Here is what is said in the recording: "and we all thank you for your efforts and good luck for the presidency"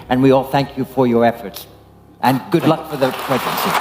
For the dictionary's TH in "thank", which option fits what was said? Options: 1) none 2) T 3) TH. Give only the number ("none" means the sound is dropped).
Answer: 3